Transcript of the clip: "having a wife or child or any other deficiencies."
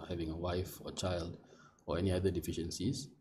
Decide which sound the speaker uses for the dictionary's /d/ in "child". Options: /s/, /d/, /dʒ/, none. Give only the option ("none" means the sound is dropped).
/d/